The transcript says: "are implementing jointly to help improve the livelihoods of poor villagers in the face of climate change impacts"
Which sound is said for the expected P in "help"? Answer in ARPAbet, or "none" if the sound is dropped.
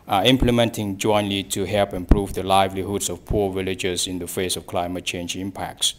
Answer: P